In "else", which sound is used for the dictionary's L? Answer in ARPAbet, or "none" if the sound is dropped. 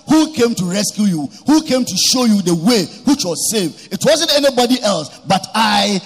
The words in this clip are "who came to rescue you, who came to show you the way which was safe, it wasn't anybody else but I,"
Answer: L